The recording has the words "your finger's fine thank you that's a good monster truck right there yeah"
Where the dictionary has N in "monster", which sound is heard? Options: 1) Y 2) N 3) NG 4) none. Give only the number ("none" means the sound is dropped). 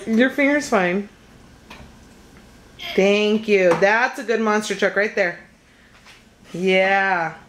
2